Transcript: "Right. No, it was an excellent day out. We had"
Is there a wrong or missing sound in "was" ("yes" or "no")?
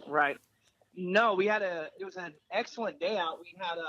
no